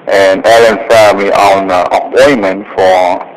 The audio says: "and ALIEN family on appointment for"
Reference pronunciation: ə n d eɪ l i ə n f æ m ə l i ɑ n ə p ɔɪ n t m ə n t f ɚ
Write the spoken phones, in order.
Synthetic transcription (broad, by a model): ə n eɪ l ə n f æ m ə i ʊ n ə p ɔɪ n m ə n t f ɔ